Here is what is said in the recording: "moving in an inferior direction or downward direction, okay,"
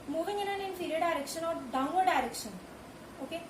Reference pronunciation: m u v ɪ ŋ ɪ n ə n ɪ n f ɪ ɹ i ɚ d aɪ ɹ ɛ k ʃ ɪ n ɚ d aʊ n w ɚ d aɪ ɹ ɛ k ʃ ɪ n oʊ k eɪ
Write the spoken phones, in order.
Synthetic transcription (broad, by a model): m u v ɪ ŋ ɪ n ə n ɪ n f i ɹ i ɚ d aɪ ɹ ɛ k ʃ ɪ n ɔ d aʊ w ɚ d aɪ ɹ ɛ k ʃ ɪ n oʊ k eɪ